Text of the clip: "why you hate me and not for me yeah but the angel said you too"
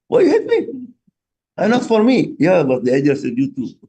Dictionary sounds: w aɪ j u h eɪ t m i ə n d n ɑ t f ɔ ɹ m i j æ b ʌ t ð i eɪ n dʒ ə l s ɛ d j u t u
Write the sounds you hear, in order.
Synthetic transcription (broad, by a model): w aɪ j u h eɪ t m i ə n n ɑ t f ɔ ɹ m i j æ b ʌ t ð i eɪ dʒ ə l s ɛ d j u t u